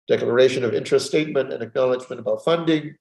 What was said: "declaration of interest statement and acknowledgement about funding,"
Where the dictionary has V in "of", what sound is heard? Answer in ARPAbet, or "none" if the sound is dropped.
V